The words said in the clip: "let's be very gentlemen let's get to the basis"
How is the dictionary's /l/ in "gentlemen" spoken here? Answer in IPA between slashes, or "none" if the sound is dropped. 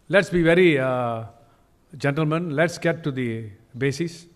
/l/